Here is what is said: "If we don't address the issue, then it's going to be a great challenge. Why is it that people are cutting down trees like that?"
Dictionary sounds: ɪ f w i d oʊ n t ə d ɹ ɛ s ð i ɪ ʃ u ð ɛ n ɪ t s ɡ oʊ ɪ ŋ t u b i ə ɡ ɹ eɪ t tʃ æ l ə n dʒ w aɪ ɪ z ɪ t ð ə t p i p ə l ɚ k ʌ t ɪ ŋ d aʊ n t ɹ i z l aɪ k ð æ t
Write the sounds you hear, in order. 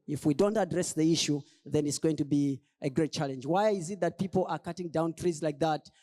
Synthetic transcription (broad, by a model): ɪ f w i d oʊ n t ə d ɹ ɛ s ð i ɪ ʃ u ð ɛ n ɪ t s ɡ oʊ ɪ ŋ t u b i ə ɡ ɹ eɪ t tʃ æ l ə n dʒ w aɪ ɪ z ɪ t ð ə t p i p l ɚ k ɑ t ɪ ŋ d aʊ n t ɹ i z l aɪ k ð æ t